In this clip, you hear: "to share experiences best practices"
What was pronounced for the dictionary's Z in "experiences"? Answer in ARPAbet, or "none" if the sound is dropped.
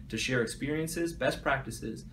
Z